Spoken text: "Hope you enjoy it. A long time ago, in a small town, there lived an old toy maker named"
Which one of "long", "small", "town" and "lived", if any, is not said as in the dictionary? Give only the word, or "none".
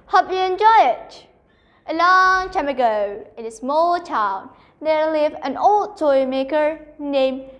lived